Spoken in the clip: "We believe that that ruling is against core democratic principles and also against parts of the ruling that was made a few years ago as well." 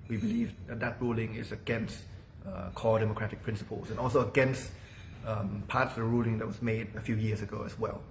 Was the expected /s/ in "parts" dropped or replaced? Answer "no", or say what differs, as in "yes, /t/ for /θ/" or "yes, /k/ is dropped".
yes, /s/ is dropped